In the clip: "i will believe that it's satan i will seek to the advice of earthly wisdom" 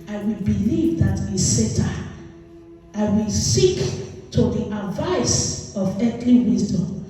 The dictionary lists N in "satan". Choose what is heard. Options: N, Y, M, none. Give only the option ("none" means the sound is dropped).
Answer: none